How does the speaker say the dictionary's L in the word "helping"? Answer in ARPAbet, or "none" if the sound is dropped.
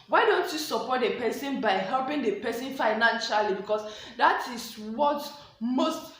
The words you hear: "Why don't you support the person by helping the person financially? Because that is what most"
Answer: L